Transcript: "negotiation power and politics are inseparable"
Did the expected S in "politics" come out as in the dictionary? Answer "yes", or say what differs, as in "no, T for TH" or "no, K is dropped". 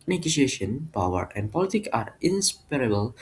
no, S is dropped